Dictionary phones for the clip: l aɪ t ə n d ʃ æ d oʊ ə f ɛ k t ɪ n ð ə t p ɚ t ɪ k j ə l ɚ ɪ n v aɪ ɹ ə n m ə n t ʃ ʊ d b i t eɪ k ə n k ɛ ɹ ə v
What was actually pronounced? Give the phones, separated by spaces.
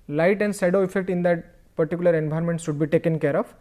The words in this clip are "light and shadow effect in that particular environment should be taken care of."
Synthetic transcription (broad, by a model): l aɪ t ə n d s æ d oʊ ə f ɛ k t ɪ n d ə t p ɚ t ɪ k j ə l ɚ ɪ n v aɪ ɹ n m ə n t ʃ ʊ d b i t eɪ k ə n k ɛ ɹ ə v